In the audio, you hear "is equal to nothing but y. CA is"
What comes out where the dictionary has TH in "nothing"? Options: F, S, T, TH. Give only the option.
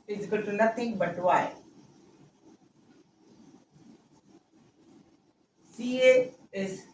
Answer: T